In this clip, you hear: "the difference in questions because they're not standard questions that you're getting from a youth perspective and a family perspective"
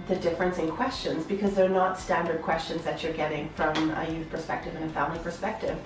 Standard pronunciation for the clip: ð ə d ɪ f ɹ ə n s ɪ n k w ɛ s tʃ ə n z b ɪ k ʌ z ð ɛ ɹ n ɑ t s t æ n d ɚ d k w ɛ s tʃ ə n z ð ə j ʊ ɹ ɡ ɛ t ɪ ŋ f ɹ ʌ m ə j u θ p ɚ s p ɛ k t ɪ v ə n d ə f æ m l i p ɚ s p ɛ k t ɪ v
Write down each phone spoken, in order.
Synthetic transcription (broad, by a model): ð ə d ɪ f ɹ ə n s ɪ n k w ɛ s tʃ ə n z b ɪ k ʌ z ð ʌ ɹ n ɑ t s t æ n d ɚ d k w ɛ s tʃ ə n z ð ə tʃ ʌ ɹ ɡ ɛ t ɪ ŋ f ɹ ʌ m ə j u θ p ɚ s p ɛ k t ɪ v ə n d ə f æ m l i p ɚ s p ɛ k t ɪ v